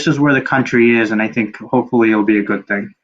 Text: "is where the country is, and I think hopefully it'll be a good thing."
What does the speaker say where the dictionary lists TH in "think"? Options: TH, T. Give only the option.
TH